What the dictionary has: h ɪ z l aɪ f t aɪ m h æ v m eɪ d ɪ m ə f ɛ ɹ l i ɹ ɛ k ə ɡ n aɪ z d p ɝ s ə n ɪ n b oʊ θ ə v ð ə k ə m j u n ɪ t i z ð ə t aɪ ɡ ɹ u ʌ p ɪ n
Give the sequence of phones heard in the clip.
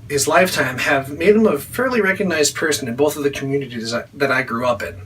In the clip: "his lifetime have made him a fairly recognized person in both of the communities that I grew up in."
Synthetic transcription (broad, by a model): h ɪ z l aɪ f t aɪ m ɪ v m eɪ d ɪ m ə f ɛ ɹ l i ɹ ɛ k ə ɡ n aɪ z d p ɝ s ə n ɪ n b oʊ θ ə v ð ə k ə m j u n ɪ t i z ð ə t aɪ ɡ ɹ u ʌ p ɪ n